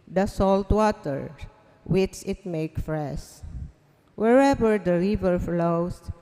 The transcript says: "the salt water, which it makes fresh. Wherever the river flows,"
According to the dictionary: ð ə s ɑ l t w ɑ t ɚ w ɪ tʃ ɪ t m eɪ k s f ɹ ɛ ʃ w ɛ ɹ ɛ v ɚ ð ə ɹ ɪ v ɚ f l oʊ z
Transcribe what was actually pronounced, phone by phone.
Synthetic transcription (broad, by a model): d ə s ɑ l t w ɑ t ɚ w ɪ tʃ ɪ t m eɪ k f ɹ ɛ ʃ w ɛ ɹ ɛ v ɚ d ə ɹ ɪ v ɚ f l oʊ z